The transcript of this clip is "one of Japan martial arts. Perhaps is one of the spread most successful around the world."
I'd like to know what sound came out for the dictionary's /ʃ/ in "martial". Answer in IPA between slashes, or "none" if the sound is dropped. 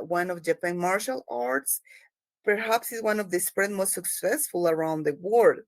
/ʃ/